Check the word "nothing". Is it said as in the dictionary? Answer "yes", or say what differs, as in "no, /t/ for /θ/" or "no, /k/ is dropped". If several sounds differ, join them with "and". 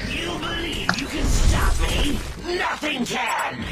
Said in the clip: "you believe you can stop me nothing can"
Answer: yes